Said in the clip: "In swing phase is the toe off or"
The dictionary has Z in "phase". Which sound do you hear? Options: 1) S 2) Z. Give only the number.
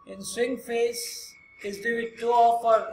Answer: 1